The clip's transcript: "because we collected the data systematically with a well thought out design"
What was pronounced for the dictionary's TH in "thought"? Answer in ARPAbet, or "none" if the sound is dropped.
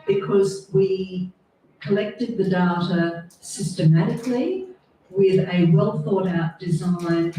TH